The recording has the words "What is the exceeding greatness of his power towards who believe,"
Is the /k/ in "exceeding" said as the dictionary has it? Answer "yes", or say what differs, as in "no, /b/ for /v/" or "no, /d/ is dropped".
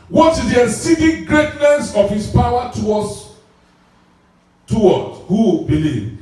no, /k/ is dropped